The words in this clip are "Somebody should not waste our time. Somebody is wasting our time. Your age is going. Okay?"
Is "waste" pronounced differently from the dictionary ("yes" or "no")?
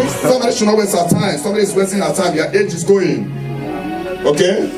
yes